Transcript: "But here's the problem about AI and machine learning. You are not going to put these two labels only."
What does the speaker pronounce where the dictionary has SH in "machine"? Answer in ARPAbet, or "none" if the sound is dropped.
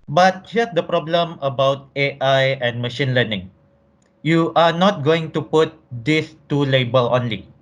SH